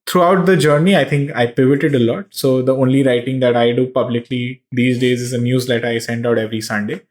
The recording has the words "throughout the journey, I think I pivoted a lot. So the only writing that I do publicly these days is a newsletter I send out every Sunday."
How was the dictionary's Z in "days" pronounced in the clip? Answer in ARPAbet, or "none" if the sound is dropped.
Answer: Z